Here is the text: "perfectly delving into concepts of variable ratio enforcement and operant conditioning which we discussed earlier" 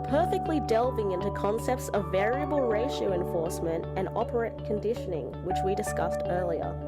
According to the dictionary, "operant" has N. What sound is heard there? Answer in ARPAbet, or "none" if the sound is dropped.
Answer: none